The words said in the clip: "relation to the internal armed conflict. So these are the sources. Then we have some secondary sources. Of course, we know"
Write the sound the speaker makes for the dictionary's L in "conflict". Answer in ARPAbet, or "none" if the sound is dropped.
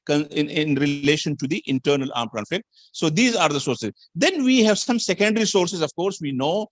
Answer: none